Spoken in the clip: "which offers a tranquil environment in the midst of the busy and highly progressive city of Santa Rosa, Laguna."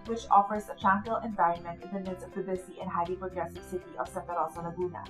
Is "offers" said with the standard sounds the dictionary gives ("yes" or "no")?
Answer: yes